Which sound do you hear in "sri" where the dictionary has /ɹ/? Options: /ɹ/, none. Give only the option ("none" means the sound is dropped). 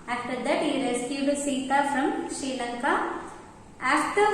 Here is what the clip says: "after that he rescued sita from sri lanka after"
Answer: none